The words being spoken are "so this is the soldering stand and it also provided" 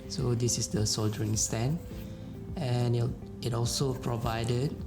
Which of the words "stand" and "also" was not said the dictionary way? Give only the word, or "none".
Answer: stand